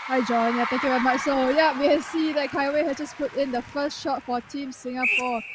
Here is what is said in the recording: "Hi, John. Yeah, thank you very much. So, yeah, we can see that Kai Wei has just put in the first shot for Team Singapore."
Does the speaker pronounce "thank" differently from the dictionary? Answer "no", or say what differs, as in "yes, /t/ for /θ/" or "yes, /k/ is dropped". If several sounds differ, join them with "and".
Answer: yes, /t/ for /θ/